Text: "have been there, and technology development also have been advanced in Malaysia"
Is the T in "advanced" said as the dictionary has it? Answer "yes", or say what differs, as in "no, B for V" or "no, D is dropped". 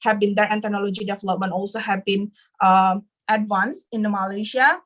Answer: no, T is dropped